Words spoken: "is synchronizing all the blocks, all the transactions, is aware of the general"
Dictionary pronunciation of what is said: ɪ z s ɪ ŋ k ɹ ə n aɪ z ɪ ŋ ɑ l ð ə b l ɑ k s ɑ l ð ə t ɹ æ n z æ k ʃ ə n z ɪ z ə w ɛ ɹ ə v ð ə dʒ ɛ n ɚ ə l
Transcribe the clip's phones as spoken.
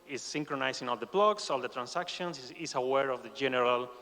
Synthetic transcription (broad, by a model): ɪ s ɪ ŋ k ɹ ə n aɪ s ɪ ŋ ɑ l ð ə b l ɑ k s ɑ l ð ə t ɹ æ n s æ k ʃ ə n s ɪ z ə w ɛ ɹ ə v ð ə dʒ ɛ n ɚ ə l